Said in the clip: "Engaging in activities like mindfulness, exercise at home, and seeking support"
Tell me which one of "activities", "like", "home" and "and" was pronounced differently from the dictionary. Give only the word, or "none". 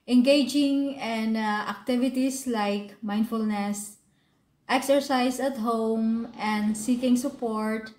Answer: activities